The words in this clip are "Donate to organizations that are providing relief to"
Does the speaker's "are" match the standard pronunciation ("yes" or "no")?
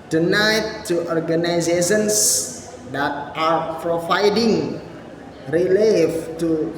yes